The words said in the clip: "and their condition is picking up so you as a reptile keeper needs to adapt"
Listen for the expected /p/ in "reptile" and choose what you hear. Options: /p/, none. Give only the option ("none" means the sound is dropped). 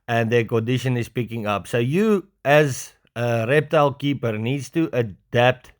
/p/